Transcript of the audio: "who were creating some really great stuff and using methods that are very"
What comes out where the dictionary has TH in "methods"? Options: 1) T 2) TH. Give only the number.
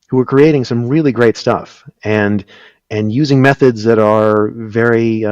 2